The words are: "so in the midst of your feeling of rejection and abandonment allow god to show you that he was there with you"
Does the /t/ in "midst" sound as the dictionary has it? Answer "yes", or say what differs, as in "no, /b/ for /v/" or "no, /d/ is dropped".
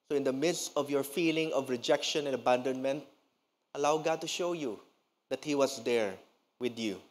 yes